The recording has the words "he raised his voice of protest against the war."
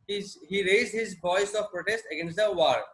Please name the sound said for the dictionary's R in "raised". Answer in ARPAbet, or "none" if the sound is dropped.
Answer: R